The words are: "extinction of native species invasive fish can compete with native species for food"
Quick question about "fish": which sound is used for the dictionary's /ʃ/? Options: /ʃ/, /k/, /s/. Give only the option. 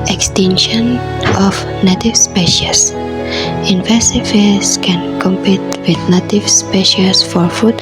/s/